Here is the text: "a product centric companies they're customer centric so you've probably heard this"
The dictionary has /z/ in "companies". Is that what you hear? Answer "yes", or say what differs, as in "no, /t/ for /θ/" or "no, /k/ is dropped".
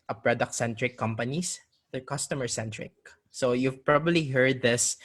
no, /s/ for /z/